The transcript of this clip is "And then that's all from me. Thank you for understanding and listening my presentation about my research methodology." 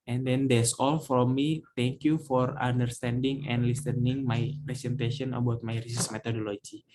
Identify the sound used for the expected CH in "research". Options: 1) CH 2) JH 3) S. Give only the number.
3